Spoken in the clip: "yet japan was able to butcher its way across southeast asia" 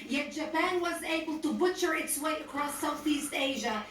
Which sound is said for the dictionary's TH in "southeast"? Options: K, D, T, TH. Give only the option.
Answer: TH